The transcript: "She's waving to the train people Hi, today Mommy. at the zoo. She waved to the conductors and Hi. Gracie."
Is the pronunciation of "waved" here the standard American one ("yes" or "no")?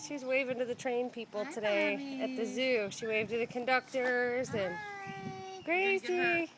yes